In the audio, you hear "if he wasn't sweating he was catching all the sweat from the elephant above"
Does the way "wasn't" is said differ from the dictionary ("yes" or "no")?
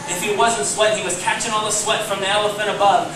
no